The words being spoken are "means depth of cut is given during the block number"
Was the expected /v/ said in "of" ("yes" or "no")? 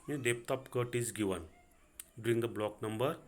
no